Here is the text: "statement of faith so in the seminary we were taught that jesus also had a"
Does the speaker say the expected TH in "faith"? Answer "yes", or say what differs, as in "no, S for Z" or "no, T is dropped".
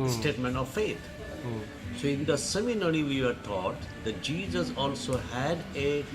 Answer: no, T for TH